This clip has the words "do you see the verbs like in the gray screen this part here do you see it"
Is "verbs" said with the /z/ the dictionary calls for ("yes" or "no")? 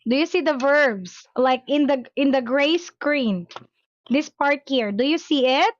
no